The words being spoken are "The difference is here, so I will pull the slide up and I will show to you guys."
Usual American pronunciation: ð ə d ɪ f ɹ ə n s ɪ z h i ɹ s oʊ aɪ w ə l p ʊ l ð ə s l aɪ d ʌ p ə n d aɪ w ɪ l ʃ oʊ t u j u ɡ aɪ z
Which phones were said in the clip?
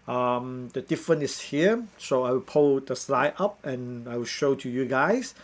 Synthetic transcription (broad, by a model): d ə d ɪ f ɹ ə n ɪ s h i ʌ s oʊ aɪ w ə l p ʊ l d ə s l aɪ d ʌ p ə n aɪ w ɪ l ʃ oʊ t u j u ɡ aɪ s